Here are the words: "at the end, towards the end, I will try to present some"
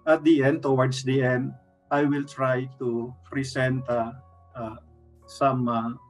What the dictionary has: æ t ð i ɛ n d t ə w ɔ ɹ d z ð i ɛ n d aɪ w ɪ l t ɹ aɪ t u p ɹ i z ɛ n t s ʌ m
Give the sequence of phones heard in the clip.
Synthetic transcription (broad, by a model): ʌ t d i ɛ n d t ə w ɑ ɹ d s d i ɛ n d aɪ w ɪ l t ɹ aɪ t u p ɹ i s ɛ n t s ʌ m